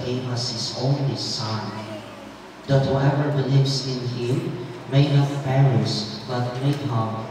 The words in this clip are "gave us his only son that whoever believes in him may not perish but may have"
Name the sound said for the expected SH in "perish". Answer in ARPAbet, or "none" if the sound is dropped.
S